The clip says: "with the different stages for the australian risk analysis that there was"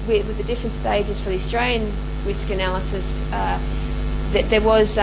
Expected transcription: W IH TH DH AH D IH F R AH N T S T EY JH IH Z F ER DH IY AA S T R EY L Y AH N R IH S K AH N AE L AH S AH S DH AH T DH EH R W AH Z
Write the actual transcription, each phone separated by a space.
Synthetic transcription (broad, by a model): W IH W DH AH D IH F R AH N T S T EY JH IH Z F ER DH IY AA S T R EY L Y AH N R IH S K AH N AE L AH S AH S DH AH T DH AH R W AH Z